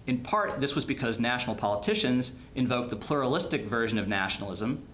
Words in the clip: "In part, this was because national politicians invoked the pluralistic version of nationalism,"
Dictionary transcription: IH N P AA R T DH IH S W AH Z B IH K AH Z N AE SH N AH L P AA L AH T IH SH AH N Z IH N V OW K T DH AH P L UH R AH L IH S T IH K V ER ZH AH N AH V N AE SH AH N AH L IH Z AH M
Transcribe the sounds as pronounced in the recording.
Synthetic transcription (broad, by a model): IH N P AA R T DH IH S W AH Z B IH K AH Z N AE SH N L P AA L AH T IH SH AH N Z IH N V OW K DH AH P L UH R AH L IH S T IH K V ER ZH AH N AH V N AE SH N L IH Z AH M